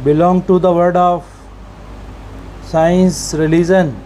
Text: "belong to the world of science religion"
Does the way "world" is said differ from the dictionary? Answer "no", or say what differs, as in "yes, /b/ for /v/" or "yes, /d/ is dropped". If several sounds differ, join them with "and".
yes, /l/ is dropped